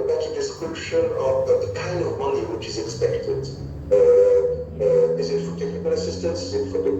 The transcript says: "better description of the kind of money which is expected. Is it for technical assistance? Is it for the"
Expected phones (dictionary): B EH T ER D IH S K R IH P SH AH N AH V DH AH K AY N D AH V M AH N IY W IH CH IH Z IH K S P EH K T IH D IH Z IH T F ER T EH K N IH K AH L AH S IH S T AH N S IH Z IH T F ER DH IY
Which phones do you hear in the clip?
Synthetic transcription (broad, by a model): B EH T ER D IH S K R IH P SH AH N AH V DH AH K AY N D AH V M AH N IY W IH CH IH Z IH K S P EH K T IH D IH Z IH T F ER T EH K IH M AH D AH S IH S T AH N S IH Z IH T F ER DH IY